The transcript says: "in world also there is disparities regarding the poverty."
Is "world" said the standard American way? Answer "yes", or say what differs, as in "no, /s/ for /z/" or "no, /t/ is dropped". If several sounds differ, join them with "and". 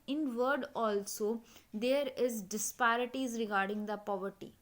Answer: no, /l/ is dropped